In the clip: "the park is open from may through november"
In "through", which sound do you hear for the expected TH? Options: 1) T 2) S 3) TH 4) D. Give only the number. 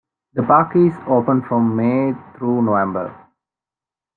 1